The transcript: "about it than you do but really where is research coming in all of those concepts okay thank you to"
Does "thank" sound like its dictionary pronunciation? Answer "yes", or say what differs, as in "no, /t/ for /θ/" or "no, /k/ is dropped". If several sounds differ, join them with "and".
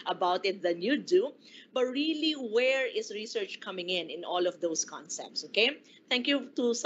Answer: no, /t/ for /θ/